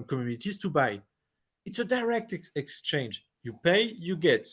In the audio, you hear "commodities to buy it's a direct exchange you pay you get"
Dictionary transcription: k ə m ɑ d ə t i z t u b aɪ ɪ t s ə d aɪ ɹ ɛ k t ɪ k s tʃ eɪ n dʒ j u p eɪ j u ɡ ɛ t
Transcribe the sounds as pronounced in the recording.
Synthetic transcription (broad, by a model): k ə m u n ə t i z t u b aɪ ɪ t s ə d aɪ ɹ ɛ k t ɪ k s tʃ eɪ n dʒ j u p eɪ j u ɡ ɛ t